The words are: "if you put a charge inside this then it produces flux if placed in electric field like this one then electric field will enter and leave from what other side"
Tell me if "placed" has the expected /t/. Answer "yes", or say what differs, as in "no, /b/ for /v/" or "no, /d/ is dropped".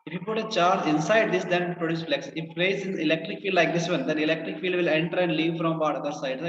no, /t/ is dropped